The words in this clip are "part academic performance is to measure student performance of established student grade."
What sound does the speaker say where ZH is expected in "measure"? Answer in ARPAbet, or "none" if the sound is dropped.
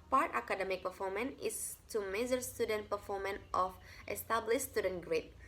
Z